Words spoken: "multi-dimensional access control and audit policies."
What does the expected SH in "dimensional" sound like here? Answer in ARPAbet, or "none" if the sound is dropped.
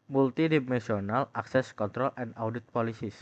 S